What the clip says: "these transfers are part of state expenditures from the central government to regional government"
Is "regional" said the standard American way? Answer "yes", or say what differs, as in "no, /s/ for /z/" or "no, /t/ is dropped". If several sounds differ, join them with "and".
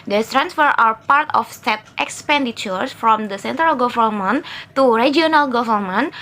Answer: no, /dʒ/ is dropped